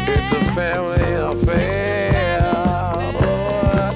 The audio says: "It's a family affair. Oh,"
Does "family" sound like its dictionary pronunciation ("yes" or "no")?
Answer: yes